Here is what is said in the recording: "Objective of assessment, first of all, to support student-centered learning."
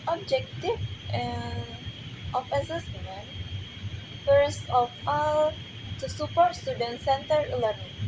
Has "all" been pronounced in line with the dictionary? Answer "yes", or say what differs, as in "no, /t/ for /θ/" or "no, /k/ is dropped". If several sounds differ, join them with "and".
yes